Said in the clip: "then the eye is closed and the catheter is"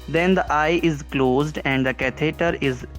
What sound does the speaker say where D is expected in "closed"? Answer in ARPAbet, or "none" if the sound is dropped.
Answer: D